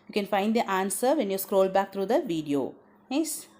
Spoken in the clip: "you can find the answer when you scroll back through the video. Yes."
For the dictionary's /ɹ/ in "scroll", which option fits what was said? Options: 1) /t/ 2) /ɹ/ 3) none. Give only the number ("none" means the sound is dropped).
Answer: 2